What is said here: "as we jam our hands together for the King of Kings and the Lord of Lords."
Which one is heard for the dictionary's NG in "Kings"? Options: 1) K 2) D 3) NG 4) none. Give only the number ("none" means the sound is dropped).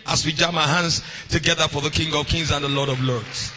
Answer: 3